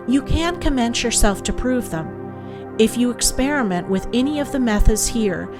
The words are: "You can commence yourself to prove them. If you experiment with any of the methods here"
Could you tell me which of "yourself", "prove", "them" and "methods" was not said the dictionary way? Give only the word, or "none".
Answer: none